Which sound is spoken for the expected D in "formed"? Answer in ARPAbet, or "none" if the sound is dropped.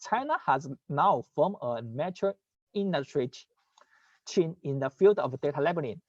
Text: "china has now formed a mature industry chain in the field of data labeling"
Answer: none